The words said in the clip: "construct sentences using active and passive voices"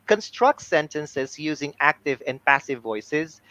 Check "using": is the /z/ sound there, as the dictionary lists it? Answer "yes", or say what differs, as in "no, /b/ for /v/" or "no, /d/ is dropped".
yes